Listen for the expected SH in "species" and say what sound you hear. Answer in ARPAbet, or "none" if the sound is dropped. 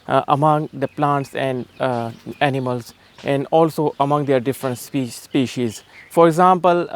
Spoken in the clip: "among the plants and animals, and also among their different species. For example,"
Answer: SH